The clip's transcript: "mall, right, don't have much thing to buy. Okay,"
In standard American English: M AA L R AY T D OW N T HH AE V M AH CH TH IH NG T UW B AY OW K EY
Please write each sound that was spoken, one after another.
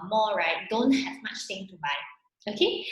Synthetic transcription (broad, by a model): M AA R AY T D OW N T HH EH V M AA CH T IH NG T UW B AY OW K EY